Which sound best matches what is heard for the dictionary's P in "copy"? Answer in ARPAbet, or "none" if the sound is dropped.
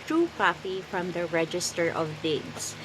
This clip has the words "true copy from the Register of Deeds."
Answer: F